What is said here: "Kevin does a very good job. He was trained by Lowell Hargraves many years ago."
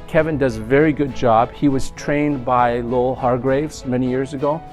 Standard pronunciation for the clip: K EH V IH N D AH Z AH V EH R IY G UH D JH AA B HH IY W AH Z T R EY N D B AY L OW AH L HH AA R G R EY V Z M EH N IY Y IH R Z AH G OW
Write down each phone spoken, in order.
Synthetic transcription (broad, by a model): K EH V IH N D AH Z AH V EH R IY G UH D JH AA B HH IY W AH Z T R EY N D B AY L OW AH L HH AA R G R EY V Z M EH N IY Y IH R Z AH G OW